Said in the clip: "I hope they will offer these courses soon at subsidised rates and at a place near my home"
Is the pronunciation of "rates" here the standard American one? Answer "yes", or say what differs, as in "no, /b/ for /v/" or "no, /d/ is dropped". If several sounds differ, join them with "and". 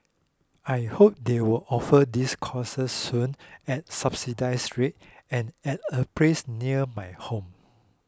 no, /s/ is dropped